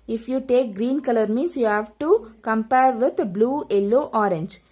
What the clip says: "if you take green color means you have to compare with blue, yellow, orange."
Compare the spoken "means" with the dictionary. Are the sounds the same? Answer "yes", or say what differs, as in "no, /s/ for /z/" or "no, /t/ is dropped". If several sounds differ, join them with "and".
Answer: no, /s/ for /z/